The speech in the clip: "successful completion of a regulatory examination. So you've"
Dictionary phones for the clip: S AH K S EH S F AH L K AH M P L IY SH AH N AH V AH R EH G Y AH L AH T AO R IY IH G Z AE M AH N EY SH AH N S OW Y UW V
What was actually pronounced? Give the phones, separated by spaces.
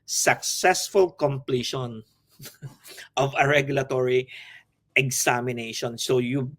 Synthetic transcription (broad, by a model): S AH K S EH S F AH L K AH M P L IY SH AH N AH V AH R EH G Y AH L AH T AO R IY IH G S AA M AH N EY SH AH N S OW Y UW